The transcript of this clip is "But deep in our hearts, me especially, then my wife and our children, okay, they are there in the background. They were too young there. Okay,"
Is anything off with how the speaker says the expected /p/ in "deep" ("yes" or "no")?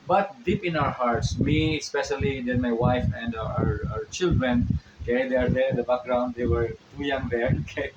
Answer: no